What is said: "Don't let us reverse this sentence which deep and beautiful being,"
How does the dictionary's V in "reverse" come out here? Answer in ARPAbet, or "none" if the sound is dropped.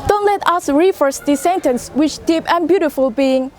F